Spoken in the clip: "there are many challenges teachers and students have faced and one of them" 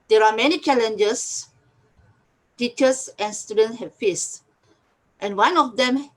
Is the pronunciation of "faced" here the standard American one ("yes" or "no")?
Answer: yes